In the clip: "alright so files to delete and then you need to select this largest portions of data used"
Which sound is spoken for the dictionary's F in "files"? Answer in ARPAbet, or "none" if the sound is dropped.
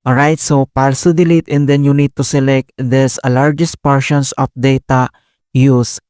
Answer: P